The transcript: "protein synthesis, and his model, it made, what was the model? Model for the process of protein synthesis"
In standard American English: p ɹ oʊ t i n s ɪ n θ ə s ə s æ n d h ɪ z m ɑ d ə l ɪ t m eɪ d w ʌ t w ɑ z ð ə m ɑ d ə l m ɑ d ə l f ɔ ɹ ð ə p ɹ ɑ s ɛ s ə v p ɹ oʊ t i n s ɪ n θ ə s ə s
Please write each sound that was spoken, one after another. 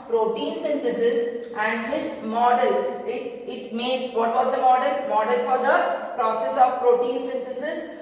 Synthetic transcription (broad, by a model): p ɹ oʊ t i n s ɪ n t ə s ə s æ n d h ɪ s m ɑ d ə l ɪ t m eɪ d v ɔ t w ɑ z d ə m ɑ d ə l m ɑ d ə l f ɔ ɹ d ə p ɹ ɑ s ɛ s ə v p ɹ oʊ t i n s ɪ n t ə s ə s